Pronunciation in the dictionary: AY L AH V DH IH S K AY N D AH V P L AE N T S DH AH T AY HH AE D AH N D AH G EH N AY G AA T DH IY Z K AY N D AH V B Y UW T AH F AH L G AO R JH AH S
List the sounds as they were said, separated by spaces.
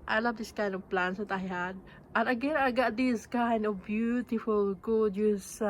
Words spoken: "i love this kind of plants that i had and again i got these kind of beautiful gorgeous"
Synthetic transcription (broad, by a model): AY L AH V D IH S K AY N D AH V P L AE N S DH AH T AY HH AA D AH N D AH G EH N AY G AA T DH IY S K AY N D AH V B Y UW T AH F AH L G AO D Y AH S